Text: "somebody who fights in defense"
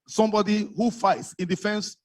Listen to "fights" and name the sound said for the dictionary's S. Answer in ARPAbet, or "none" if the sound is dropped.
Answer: S